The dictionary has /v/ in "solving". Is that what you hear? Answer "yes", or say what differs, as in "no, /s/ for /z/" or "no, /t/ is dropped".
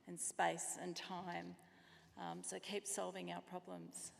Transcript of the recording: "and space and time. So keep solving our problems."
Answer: yes